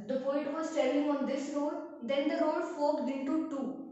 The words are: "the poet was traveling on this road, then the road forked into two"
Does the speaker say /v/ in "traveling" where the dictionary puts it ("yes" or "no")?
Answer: no